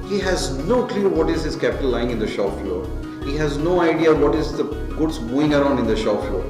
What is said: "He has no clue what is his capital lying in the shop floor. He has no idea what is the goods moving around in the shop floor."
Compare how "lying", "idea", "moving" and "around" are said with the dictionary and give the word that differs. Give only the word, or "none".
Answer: moving